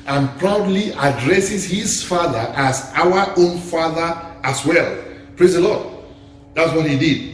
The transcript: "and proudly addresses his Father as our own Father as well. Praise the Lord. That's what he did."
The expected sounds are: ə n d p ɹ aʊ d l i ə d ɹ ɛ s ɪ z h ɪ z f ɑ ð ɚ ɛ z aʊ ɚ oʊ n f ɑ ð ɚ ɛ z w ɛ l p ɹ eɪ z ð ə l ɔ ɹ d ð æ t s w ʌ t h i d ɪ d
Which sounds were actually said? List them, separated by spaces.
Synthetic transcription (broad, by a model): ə n p ɹ aʊ d l i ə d ɹ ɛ s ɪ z h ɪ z f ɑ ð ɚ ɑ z aʊ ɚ oʊ n f ɑ ð ɚ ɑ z w ɛ l p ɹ eɪ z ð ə l ɔ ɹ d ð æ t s w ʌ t h i d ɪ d